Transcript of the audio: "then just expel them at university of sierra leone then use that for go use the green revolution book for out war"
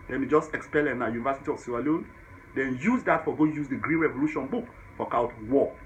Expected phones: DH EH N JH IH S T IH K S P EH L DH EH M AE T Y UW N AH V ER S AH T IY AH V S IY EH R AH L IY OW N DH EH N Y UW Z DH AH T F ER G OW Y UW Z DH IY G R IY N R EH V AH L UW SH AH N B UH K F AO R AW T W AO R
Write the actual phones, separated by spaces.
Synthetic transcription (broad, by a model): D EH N JH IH S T IH K S P EH L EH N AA Y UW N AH V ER S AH T IY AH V S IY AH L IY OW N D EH N Y UW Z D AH T F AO G OW Y UW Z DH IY G R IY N R EH V AH L UW SH AH N B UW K F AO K AW T W AO